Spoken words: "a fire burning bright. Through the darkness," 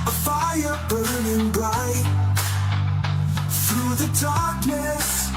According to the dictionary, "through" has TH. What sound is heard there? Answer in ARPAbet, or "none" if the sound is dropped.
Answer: TH